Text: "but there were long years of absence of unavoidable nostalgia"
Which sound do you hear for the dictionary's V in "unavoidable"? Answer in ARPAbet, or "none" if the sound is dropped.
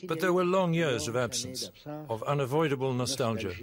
V